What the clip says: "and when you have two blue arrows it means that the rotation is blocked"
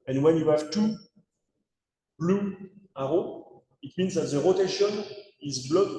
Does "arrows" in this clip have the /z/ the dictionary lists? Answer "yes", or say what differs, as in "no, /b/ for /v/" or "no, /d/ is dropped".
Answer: no, /z/ is dropped